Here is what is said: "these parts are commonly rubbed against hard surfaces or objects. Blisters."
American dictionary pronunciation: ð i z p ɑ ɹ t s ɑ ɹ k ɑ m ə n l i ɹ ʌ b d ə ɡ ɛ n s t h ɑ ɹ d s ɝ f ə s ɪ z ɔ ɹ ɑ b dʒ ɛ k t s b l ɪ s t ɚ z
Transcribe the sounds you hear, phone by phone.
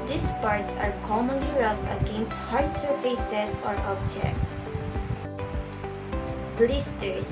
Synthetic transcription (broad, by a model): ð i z p ɑ ɹ t s ɑ ɹ k ɑ m ə n l i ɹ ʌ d ə ɡ ɛ n s t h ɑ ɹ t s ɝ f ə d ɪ ɔ ɹ ɑ b dʒ ɛ k t s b l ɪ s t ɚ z